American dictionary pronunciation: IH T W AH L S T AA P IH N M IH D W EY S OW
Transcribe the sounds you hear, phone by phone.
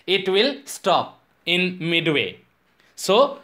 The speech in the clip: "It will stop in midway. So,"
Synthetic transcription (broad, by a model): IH T W AH L S T AA P IH N M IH D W EY S OW